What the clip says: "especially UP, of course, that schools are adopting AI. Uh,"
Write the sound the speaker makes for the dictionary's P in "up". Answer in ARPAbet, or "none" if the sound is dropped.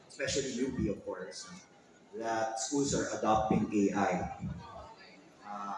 B